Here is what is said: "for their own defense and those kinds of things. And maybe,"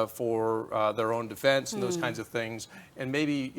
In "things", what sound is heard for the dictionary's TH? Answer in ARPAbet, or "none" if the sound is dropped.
TH